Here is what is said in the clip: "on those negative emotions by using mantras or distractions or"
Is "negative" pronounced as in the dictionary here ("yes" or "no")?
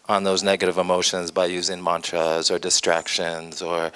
yes